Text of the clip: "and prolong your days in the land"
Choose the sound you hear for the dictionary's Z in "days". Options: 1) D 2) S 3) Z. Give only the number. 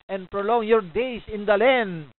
2